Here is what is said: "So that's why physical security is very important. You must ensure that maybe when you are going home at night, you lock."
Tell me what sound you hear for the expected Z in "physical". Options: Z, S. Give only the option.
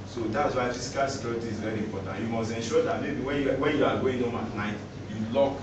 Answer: S